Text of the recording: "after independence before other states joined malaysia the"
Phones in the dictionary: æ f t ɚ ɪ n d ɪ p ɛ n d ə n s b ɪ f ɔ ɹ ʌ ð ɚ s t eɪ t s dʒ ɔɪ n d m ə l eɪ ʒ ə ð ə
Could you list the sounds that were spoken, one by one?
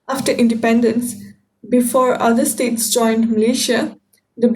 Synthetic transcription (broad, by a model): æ f t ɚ ɪ n d ɪ p ɛ n d ə n s b ɪ f ɔ ɹ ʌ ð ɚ s t eɪ t s dʒ ɔɪ n d m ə l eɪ ʃ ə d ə